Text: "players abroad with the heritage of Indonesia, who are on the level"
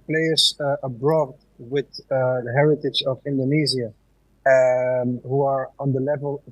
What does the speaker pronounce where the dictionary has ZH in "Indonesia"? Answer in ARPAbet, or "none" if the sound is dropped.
Z